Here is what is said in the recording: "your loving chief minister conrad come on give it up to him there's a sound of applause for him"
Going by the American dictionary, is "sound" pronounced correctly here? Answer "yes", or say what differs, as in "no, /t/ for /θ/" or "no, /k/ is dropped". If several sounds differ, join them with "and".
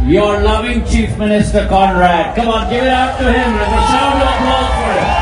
no, /d/ is dropped